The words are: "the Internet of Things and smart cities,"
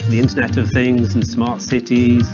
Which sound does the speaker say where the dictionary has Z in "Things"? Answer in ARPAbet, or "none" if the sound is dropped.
Z